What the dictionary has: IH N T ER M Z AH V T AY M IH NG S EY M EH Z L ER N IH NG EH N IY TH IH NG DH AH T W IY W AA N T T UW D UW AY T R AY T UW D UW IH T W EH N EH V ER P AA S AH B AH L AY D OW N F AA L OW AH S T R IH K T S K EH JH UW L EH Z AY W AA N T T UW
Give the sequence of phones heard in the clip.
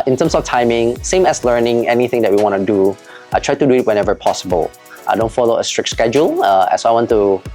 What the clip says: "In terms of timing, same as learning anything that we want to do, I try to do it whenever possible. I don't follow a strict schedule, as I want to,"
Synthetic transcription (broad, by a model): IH N T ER M S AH F T AY M IH NG S EY M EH S L ER N IH NG EH N IY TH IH NG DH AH T W IY W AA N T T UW D UW AY T R AY T UW D UW IH T W EH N EH V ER P AA S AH B AH L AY D OW N F AA L OW AH S T R IH K T S K EH JH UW L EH S AY W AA N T T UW